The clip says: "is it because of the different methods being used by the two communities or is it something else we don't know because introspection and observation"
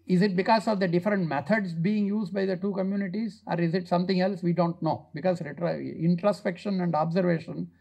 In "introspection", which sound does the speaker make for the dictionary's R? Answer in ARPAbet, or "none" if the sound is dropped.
R